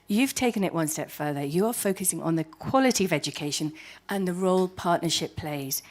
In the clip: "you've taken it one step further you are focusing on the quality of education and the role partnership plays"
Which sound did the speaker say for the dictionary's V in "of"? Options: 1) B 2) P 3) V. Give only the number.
3